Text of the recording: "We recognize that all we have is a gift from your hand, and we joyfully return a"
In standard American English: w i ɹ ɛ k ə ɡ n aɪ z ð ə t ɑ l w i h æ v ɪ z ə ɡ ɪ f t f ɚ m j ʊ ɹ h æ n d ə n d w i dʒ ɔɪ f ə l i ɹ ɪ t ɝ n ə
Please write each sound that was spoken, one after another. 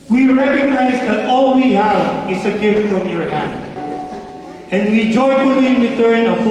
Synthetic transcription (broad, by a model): w i ɹ ɛ k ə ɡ n aɪ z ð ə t ɑ l w i h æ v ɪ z ə ɡ ɪ f t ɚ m j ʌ ɹ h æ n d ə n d w i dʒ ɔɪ ə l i w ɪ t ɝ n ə